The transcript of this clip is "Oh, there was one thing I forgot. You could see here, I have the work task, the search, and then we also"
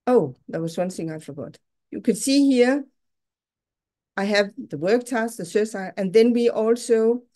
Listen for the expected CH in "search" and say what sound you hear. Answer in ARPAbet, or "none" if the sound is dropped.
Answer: S